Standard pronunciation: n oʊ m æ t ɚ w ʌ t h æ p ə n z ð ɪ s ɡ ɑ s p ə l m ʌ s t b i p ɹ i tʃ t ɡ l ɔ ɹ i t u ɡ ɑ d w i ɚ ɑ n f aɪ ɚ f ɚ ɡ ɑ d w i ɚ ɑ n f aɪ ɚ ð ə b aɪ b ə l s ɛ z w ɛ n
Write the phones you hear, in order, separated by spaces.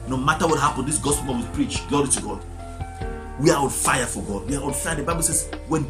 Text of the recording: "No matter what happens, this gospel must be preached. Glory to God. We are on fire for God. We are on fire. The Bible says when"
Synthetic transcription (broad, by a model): n oʊ m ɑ t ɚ w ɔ t h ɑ p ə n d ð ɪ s ɡ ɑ s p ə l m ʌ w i p ɹ i tʃ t ɡ l ɔ ɹ i t u ɡ ɑ d w i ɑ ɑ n f aɪ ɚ f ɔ ɡ ɑ d w i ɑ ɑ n f aɪ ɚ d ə b aɪ b ə l s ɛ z w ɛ n